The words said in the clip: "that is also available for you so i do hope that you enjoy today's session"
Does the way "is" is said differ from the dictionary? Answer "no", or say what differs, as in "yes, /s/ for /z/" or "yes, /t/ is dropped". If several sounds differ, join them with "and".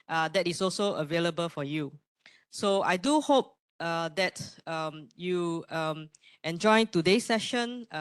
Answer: yes, /s/ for /z/